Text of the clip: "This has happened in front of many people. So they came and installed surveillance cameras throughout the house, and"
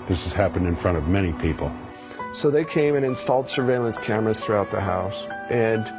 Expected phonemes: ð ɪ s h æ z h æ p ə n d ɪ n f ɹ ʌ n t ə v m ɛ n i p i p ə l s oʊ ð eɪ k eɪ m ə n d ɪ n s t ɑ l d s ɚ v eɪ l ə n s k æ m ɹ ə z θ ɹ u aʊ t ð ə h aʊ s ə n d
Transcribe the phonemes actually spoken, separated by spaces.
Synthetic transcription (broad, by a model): ð ɪ s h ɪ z h æ p ə n d ɪ n f ɹ ʌ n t ə v m ɛ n i p i p l s oʊ ð eɪ k eɪ m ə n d ɪ n s t ɑ l d s ɚ v eɪ l ə n s k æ m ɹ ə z θ ɹ u aʊ t ð ə h aʊ s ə n